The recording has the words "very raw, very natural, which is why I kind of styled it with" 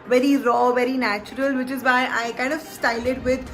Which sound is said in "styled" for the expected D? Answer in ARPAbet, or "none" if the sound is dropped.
none